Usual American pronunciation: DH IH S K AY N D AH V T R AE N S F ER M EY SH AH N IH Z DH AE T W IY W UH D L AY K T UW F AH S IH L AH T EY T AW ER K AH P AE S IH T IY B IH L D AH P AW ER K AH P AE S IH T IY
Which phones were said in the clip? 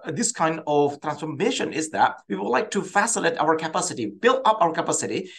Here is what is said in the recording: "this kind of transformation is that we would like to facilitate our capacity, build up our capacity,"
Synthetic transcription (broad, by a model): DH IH S K AY N D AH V T R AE N S F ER M EY SH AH N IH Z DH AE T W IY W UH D L AY K T UW F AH S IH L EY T AW ER K AH P AE S IH T IY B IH L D AH P AW ER K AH P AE S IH T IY